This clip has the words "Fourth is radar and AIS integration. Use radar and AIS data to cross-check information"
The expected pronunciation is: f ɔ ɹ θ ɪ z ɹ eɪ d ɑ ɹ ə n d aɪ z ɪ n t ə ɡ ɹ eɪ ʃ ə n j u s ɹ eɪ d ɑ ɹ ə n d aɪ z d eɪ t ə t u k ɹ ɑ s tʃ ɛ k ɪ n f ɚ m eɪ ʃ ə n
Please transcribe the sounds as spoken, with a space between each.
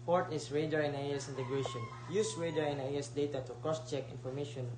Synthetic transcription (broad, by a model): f ɔ ɹ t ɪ s ɹ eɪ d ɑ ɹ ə n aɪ s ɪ n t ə ɡ ɹ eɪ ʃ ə n j u s ɹ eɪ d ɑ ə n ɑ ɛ s d eɪ t ə t u k ɑ s tʃ ɛ k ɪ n f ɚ m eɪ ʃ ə n